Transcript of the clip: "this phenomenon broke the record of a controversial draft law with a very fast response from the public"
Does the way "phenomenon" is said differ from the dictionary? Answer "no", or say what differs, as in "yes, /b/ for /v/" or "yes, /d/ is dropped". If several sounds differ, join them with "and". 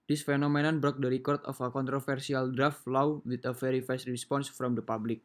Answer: no